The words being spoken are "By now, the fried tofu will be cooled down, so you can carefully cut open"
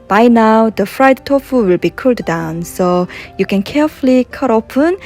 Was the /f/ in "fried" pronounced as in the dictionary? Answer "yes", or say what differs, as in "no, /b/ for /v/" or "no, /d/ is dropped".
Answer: yes